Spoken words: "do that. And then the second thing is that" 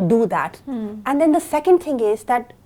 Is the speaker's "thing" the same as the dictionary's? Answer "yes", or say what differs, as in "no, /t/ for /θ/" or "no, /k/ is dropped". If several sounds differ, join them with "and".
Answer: no, /t/ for /θ/